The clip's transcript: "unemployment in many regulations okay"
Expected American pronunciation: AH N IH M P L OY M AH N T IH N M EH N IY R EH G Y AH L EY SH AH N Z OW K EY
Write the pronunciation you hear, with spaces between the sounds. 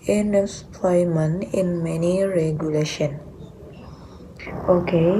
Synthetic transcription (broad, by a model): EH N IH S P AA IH M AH N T IH N M EH N IY R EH G Y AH L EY SH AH N OW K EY